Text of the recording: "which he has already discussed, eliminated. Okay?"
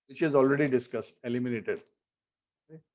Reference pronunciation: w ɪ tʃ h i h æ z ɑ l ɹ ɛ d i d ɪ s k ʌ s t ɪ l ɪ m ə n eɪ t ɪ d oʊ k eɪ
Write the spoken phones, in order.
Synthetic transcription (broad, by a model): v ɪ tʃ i z ɑ l ɹ ɛ d i d ɪ s k ʌ s t ɪ l ɪ m ə n eɪ t ɪ d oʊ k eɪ